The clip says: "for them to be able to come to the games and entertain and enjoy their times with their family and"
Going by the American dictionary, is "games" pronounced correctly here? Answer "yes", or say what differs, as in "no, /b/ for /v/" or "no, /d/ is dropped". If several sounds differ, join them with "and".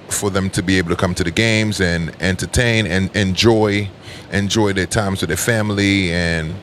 yes